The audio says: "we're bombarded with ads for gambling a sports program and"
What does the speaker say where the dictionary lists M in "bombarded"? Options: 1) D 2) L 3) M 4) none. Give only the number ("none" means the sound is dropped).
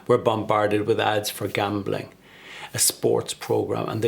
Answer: 3